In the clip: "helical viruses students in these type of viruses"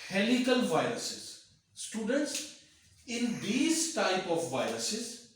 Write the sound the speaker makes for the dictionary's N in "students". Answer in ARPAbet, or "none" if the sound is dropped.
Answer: N